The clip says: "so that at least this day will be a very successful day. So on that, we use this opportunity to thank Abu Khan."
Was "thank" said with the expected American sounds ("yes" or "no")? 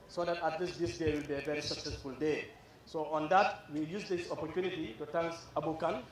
no